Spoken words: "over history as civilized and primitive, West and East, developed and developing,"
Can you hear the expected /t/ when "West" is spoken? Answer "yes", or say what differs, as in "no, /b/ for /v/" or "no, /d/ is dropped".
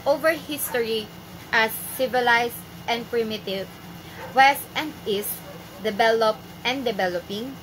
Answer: yes